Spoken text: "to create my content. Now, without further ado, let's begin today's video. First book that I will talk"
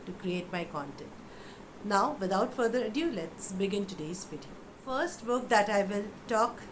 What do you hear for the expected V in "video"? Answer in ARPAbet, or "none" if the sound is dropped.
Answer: P